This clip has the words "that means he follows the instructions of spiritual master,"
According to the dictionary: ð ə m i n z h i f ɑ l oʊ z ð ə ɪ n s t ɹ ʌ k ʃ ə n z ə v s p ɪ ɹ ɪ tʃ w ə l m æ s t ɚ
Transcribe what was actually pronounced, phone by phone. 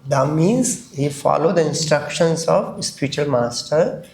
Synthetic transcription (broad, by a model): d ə m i z h i f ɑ l oʊ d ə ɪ n s t ɹ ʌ k ʃ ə n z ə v s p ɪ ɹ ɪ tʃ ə l m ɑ s t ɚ